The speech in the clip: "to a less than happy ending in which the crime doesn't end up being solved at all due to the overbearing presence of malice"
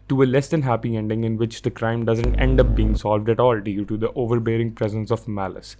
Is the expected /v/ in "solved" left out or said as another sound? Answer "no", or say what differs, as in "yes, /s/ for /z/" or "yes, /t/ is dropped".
no